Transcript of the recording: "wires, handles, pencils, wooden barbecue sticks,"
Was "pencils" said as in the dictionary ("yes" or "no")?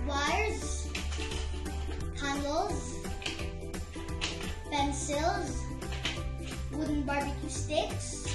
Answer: yes